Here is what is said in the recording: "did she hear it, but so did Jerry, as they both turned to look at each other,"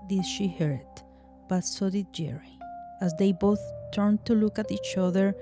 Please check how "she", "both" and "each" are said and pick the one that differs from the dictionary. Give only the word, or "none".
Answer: none